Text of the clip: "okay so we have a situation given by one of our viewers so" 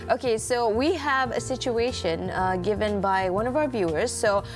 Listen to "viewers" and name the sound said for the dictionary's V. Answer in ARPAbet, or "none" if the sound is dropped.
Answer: V